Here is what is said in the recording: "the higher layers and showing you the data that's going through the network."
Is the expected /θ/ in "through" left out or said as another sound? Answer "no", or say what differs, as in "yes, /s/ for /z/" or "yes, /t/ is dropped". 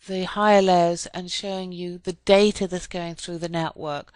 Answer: no